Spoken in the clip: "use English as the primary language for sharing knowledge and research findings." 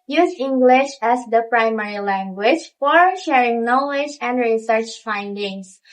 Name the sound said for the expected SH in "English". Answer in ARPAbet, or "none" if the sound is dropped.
SH